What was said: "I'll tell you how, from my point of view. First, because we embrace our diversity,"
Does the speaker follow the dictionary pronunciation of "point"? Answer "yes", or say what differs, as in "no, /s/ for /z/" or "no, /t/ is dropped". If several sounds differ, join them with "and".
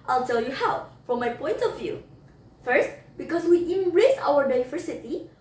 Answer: yes